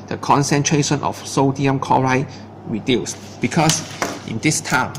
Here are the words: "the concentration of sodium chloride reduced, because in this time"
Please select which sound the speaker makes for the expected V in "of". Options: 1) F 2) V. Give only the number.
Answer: 1